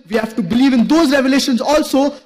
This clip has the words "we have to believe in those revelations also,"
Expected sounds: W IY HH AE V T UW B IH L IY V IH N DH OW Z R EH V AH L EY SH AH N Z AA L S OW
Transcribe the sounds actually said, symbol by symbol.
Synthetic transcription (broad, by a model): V IY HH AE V T UW B IH L IY V IH N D OW Z R EH V AH L EY SH AH N Z AA L S OW